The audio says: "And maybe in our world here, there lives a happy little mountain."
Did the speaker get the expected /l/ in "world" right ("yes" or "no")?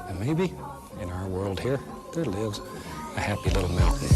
yes